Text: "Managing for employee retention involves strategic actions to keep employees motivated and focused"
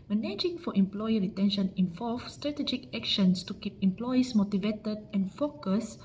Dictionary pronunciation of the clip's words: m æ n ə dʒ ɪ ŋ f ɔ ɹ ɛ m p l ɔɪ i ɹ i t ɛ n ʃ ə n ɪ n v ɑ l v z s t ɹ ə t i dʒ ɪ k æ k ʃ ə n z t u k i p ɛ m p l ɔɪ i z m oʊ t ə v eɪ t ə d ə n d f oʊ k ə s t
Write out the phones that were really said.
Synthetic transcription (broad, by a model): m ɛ n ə dʒ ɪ ŋ f ɔ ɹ ɛ m p l ɔɪ i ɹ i t ɛ n ʃ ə n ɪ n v ɑ l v s t ɹ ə t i dʒ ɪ k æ k ʃ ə n s t u k i p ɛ m p l ɔɪ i s m oʊ t ə v eɪ t ə d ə n f oʊ k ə s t